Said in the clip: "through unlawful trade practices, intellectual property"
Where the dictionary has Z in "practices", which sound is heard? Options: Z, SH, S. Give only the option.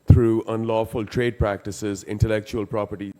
Z